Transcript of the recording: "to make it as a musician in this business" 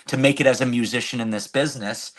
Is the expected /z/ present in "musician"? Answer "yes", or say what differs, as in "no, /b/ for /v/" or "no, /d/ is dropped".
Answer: yes